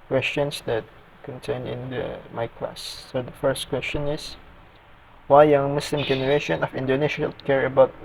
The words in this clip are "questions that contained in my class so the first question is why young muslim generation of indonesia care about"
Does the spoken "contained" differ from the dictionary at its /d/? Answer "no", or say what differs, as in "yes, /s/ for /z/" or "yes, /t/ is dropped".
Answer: yes, /d/ is dropped